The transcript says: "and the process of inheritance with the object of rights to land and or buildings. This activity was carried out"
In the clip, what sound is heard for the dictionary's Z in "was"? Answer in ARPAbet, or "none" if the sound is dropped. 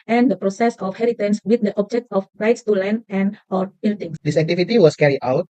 S